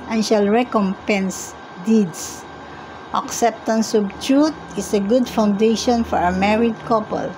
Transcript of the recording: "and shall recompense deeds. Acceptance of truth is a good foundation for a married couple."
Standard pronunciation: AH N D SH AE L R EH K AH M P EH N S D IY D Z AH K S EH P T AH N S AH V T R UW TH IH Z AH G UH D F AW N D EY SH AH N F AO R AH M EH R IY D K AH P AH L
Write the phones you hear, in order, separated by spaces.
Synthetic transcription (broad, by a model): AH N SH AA L R EH K AH M P EH N S D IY D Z AH K S EH P T AH N S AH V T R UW T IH S AH G UH D F AW N D EY SH AH N F AO R AH M EH R IY D K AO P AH L